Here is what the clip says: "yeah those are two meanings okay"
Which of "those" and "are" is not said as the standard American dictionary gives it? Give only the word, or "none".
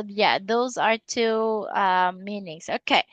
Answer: none